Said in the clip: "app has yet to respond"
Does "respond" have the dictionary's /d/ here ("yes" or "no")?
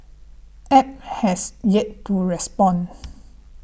no